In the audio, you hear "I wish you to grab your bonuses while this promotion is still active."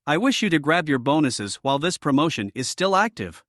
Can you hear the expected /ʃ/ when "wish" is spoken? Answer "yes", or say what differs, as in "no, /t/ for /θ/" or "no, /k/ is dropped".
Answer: yes